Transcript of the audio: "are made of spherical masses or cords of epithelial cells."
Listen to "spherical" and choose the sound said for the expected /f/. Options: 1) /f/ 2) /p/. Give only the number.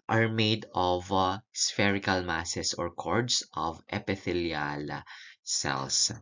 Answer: 1